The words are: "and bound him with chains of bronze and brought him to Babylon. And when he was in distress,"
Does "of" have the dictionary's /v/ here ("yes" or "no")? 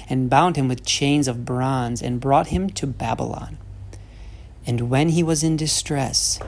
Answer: yes